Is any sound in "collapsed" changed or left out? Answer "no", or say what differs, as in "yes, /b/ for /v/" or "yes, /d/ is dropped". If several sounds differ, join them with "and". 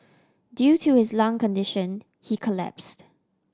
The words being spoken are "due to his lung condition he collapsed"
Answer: no